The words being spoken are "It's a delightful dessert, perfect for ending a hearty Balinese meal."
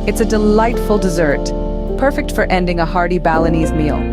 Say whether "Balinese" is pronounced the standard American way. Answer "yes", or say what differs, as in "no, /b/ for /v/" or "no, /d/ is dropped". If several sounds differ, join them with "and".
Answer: yes